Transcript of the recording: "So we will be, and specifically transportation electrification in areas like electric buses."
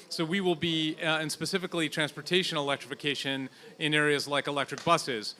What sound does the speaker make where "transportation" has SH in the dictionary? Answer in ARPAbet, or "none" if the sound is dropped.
SH